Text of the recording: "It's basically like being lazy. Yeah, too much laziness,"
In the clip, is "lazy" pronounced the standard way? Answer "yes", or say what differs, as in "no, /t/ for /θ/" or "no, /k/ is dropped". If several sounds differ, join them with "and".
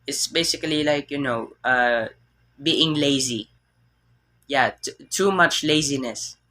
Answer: yes